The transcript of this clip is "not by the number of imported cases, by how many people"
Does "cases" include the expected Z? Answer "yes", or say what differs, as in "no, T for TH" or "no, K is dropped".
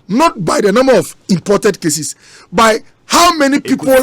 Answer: no, S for Z